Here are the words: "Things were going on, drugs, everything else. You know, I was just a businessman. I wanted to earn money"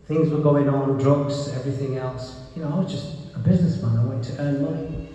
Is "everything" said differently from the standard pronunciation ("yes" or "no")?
no